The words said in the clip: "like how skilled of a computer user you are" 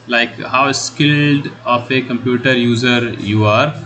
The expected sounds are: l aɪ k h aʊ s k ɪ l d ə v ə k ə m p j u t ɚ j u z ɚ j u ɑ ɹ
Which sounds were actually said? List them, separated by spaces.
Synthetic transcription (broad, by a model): l aɪ k h aʊ s k ɪ l d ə f ə k ə m p j u t ɚ j u z ɚ j u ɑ ɹ